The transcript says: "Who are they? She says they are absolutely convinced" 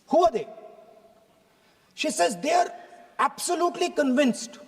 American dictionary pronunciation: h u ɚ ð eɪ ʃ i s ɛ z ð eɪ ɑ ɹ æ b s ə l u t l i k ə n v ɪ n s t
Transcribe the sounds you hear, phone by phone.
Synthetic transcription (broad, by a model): h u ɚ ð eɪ ʃ i s ɛ z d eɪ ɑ ɹ æ b s ə l u t l i k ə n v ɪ n s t